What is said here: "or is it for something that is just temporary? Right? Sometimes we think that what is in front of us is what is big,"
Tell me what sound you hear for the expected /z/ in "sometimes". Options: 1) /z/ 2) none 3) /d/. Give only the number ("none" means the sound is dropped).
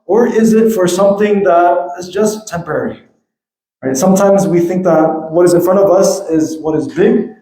1